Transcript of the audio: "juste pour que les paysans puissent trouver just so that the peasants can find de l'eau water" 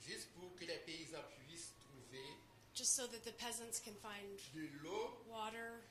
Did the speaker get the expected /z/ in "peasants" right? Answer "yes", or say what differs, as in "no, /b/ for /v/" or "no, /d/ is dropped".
yes